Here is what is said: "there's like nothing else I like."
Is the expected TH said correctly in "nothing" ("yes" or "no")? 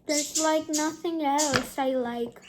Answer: yes